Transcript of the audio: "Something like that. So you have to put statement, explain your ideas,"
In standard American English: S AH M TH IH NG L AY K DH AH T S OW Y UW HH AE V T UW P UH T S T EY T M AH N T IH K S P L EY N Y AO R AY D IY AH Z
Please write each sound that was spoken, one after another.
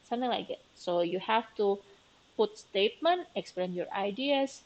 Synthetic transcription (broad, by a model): S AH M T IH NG L AY K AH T S OW Y UW HH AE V T UW P UH T S T EY T M AH N T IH K S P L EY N Y AO R AY D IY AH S